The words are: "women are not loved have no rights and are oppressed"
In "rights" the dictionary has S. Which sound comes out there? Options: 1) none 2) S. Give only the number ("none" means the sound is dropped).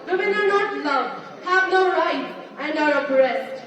1